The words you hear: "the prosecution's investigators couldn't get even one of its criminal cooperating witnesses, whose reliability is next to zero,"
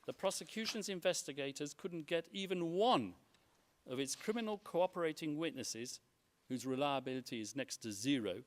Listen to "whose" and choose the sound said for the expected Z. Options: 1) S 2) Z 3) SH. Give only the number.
2